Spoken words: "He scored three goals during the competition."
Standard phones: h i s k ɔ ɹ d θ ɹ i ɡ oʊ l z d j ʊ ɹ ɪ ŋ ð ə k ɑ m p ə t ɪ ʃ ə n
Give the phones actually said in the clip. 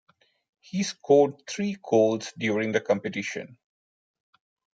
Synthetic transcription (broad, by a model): h i s k ɔ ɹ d t ɹ i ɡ oʊ l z d j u ɹ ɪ ŋ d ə k ɑ m p ə t ɪ ʃ ə n